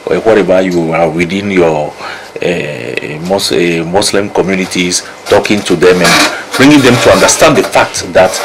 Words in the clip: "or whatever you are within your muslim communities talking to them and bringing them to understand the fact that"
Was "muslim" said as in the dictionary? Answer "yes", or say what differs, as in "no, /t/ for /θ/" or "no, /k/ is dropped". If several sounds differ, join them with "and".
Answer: no, /s/ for /z/